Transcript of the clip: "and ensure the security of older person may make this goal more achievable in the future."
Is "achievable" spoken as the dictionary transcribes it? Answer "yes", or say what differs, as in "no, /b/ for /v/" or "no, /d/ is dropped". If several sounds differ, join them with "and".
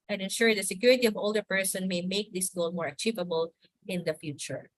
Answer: yes